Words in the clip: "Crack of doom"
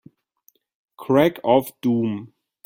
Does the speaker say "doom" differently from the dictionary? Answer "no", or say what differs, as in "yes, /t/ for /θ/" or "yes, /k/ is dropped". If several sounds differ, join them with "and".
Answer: no